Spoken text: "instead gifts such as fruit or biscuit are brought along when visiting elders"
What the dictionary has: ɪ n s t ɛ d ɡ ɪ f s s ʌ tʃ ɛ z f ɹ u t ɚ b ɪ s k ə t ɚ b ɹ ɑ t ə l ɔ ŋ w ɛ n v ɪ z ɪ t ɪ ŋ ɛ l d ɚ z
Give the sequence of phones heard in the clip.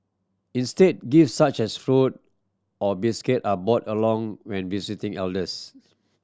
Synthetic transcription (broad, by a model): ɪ n s t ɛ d ɡ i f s s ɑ tʃ ɛ s f ɹ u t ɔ b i s k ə t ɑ b ɑ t ə l ɔ ŋ w ɛ n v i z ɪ t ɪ ŋ ɛ l d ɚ s